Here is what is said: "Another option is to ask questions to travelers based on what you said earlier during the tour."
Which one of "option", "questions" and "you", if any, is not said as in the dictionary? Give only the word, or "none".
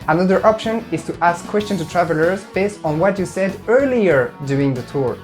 questions